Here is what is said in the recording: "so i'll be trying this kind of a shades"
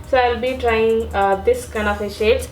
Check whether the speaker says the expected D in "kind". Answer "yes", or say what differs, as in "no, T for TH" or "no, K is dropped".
no, D is dropped